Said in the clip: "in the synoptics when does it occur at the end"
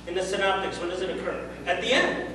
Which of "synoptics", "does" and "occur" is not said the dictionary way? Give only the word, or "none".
none